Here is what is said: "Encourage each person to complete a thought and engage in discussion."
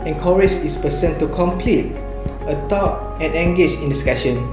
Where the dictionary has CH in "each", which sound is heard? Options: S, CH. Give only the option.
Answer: S